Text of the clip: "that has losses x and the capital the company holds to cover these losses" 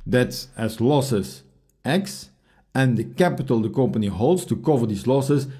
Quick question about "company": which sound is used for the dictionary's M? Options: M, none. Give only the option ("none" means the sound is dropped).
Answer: M